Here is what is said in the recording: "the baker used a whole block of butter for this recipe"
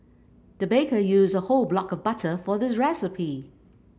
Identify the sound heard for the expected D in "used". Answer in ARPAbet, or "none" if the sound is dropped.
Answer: none